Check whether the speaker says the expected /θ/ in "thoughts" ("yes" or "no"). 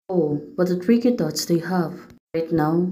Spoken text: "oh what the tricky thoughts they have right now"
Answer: no